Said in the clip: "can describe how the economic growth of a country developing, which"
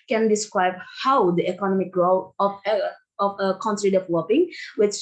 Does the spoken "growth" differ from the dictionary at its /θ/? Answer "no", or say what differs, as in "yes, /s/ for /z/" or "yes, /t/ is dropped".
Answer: yes, /f/ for /θ/